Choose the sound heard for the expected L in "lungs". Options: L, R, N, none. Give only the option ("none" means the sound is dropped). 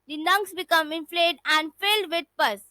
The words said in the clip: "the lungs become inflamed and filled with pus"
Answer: N